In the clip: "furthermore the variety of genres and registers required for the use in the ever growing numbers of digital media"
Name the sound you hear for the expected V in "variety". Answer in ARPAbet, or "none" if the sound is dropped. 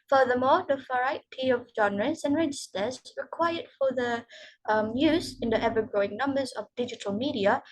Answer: F